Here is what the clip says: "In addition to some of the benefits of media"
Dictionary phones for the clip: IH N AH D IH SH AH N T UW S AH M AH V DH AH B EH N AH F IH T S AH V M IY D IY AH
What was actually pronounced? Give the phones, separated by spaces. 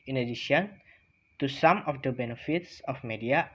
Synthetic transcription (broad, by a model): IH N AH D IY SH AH N T UW S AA M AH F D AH B EH N AH F IH T S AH F M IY D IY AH